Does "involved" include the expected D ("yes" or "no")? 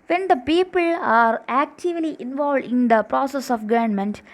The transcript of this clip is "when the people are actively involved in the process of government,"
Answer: yes